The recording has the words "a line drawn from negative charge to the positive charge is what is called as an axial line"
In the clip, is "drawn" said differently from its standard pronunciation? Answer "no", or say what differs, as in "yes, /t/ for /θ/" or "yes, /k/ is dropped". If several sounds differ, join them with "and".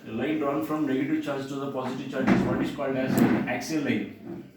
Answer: yes, /ɹ/ is dropped